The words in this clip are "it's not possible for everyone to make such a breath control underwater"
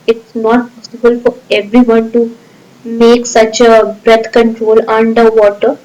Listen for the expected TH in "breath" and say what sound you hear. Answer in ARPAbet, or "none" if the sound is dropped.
T